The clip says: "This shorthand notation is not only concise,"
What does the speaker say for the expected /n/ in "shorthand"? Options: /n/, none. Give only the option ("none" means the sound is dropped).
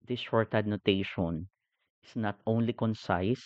none